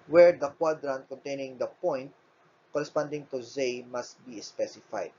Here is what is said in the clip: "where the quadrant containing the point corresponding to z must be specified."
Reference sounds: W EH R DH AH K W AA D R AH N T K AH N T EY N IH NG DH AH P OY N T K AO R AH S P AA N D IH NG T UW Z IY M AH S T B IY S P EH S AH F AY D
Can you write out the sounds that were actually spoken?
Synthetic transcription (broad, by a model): W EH R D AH K W AA D R AH N T K AH N T EY N IH NG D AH P OY N T K AO R AH S P AA N D IH NG T UW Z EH M AH S T B IY S P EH S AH F AY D